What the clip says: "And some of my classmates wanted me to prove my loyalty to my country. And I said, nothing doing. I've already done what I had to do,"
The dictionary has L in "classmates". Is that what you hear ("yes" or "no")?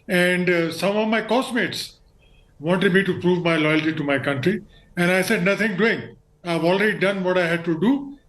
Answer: no